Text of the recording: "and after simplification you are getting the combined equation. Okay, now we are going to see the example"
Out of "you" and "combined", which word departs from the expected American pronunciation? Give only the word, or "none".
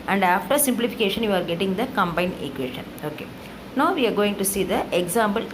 combined